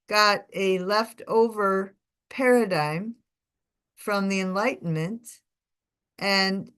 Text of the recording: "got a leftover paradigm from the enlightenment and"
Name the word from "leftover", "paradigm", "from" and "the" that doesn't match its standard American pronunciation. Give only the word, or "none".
none